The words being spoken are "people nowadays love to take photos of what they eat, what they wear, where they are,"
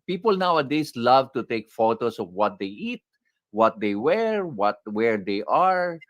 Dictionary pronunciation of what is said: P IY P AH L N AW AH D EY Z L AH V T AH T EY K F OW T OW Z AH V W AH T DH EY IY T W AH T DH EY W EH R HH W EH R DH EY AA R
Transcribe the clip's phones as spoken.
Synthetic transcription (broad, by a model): P IY P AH L N AW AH D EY S L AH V T AH T EY K F OW T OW S AH V W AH T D EY IY T W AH T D EY W EH R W W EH R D EY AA R